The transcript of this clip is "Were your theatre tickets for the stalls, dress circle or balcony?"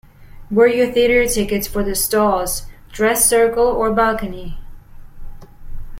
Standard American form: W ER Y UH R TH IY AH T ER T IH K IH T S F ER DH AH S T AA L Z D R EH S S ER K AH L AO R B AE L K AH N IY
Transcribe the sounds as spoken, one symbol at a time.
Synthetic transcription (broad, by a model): W ER Y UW TH IY AH T ER T IH K IH T S F ER DH AH S T AA L Z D R EH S S ER K AH L AO R B AE L K AH N IY